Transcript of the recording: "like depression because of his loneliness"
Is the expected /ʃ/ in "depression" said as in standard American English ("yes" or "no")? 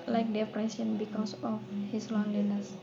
no